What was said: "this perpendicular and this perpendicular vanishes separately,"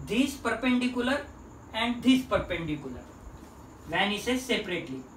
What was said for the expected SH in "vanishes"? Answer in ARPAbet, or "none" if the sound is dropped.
S